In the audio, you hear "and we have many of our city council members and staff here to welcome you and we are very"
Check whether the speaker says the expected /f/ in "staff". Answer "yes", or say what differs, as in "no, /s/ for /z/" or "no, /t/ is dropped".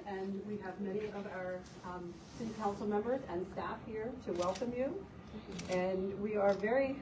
yes